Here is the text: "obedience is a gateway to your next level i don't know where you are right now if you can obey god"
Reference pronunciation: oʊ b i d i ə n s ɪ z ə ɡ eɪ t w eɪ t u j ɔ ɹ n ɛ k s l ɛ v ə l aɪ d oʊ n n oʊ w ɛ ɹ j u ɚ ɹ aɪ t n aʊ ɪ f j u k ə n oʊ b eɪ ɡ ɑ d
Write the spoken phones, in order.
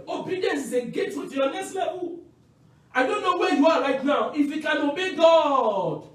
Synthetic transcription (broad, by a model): oʊ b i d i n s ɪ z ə ɡ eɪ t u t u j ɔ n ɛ s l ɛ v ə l aɪ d oʊ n n oʊ w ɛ j u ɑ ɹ aɪ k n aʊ ɪ f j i k ə n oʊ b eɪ ɡ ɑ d